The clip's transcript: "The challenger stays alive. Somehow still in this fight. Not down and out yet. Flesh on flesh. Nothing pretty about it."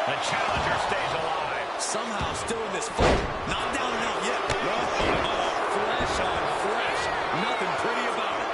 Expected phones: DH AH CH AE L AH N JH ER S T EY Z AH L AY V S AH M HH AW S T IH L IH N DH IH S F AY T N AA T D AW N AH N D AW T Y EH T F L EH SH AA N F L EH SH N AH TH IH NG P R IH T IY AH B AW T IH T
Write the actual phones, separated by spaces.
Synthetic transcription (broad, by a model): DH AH CH AE L AH N JH ER S T EY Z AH L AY S AH M HH AW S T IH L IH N DH IH S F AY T N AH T D AW N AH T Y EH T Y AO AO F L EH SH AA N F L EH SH N AH TH IH NG P R IH T IY AH B AW T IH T